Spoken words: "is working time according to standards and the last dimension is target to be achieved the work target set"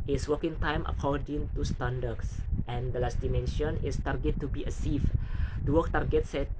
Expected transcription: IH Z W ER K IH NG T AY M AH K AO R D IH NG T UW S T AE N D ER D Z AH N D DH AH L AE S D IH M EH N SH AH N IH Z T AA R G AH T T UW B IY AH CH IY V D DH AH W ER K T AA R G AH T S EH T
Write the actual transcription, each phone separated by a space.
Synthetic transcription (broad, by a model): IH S W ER K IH NG T AY M AH K AO R D IH NG T UW S T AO N D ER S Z AH N D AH L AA S D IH M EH N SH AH N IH S T AA R G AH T T UW B IY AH S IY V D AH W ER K T AA R G AH T S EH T